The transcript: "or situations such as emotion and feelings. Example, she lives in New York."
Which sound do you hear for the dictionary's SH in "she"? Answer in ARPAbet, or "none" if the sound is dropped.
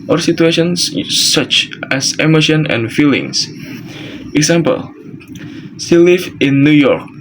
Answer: S